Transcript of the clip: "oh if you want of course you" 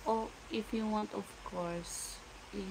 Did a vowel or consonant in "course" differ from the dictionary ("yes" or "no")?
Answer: no